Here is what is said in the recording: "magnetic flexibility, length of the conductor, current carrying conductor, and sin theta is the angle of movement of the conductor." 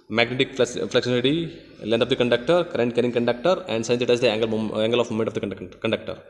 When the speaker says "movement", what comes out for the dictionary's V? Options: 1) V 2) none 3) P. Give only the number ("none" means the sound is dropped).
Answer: 2